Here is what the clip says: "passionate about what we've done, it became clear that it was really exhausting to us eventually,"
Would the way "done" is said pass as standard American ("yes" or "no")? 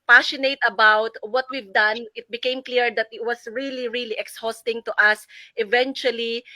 yes